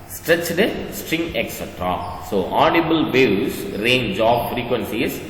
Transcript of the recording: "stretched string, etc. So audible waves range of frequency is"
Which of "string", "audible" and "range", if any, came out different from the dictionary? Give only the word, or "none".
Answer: none